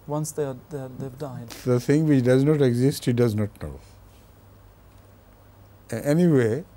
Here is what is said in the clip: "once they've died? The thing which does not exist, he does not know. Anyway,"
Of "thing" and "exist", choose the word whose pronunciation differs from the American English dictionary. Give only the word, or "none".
thing